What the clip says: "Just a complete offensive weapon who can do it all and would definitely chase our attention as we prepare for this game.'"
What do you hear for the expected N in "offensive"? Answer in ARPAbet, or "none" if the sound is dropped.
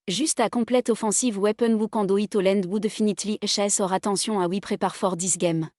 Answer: none